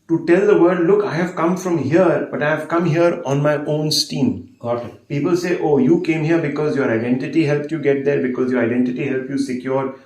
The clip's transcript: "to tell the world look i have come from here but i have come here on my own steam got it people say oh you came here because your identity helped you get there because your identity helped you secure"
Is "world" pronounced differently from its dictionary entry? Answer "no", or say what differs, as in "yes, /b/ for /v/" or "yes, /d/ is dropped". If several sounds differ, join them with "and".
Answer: yes, /l/ is dropped